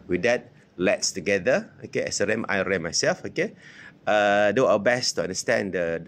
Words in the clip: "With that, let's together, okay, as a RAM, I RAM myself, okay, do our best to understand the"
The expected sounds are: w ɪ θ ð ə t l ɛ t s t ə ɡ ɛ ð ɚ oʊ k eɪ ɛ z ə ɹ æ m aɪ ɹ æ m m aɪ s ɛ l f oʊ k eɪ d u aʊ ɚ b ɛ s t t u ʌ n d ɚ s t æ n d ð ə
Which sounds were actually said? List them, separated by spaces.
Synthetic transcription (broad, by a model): w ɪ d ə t l ɛ t s t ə ɡ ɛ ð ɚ oʊ k eɪ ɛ s ə ɹ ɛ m aɪ ɹ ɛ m m aɪ s ɛ l f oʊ k eɪ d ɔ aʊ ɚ b ɛ s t t u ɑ n d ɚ s t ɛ n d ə